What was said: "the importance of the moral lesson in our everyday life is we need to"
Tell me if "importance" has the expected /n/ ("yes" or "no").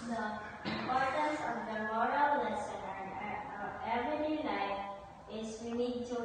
no